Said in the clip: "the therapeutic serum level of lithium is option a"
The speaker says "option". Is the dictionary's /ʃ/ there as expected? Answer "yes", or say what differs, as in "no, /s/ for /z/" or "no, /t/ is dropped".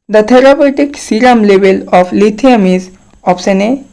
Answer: no, /s/ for /ʃ/